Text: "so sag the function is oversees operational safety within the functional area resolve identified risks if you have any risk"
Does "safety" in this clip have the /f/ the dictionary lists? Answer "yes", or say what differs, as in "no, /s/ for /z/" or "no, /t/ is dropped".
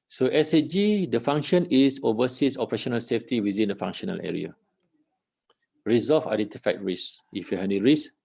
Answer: yes